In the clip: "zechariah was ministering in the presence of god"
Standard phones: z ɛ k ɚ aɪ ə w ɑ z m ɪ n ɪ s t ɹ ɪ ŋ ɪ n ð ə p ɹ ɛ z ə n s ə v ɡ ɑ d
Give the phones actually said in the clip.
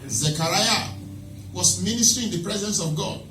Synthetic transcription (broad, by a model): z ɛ k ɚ aɪ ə w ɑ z m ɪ n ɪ s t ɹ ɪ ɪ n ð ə p ɹ ɛ z ə n s ə v ɡ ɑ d